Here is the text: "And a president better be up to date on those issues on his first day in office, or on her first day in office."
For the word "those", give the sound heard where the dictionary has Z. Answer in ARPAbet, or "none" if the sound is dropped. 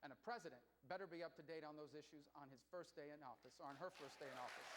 Z